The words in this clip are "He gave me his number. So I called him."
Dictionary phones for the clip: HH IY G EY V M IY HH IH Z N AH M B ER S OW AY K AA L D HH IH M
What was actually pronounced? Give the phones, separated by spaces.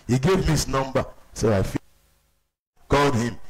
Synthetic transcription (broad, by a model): HH IY G EY V M IY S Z N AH M B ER S OW AY K AA L D HH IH M